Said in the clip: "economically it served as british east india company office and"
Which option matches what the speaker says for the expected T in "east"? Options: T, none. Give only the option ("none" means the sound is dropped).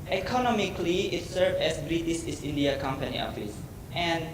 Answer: none